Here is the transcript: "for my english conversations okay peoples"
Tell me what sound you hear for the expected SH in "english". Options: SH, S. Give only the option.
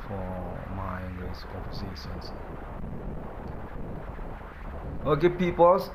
S